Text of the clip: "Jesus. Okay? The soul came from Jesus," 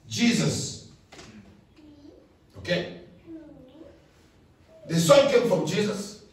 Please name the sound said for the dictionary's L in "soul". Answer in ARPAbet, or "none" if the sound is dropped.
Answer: N